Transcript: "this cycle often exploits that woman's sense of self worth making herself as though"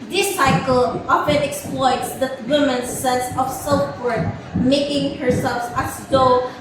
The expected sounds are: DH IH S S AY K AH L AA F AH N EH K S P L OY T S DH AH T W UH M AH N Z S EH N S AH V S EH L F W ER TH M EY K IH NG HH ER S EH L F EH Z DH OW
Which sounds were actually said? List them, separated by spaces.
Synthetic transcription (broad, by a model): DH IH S S AY K AH L AA F AH N EH K S P L OY T S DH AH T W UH M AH N S EH N S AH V S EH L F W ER T M EY K IH NG HH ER S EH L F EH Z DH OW